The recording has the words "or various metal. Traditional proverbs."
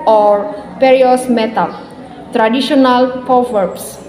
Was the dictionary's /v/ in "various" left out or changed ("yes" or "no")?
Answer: yes